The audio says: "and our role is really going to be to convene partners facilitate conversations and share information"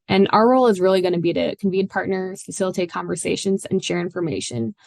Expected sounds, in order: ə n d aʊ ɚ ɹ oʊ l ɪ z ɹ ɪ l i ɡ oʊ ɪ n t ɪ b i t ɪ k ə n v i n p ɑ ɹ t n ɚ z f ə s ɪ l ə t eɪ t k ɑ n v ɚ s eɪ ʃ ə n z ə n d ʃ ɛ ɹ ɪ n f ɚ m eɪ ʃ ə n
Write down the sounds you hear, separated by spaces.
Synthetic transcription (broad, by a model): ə n aʊ ɚ ɹ oʊ l ɪ z ɹ ɪ l i ɡ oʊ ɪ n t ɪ b i t ɪ k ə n v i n p ɑ ɹ t n ɚ z f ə s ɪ l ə t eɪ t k ɑ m v ɚ s eɪ ʃ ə n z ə n ʃ ɛ ɹ ɪ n f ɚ m eɪ ʃ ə n